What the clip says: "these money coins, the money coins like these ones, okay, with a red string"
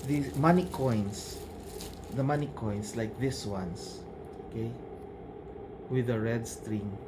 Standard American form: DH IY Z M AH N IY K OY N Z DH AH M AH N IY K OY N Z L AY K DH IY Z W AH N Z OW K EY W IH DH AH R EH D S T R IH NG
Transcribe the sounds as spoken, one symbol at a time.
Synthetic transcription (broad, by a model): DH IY M AH N IY K OY N S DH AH M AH N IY K OY N S L AY K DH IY S W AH N S OW K EY W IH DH AH R EH D S T R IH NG